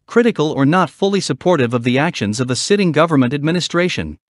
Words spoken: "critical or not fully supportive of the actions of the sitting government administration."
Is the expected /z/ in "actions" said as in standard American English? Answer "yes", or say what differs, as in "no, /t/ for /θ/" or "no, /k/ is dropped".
yes